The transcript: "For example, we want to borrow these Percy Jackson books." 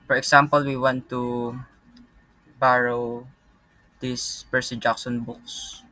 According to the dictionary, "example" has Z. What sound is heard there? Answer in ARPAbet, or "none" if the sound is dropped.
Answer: S